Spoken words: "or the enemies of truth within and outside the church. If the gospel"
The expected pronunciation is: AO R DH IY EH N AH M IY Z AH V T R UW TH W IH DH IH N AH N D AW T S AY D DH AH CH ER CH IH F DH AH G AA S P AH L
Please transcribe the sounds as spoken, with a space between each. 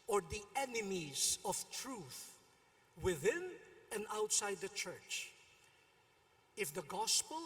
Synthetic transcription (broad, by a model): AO R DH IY EH N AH M IY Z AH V T R UW TH W IH DH IH N AH N D AW T S AY D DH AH CH ER CH IH F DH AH G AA S P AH L